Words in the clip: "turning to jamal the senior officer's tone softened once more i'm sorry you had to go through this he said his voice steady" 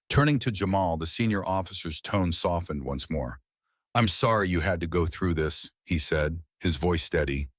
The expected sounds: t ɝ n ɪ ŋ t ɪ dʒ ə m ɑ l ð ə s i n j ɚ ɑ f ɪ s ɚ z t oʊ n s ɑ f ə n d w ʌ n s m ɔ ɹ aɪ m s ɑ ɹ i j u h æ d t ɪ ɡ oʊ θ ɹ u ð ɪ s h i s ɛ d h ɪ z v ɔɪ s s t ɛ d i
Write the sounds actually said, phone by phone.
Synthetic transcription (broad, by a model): t ɝ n ɪ ŋ t ɪ dʒ ə m ɑ l ð ə s i n j ɚ ɑ f ɪ s ɚ z t oʊ n s ɑ f ə n d w ʌ n s m ɔ ɹ aɪ m s ɑ ɹ i j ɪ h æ d t ɪ ɡ oʊ θ ɹ u ð ɪ s h i s ɛ d h ɪ z v ɔɪ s s t ɛ d i